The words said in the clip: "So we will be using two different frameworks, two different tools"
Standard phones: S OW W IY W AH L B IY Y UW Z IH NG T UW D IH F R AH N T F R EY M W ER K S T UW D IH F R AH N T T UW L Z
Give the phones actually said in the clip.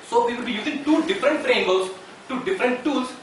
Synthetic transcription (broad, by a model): S OW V IY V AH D B IY Y UW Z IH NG T UW D IH F R AH N T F R EY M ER S T UW D IH F R AH N T T UW L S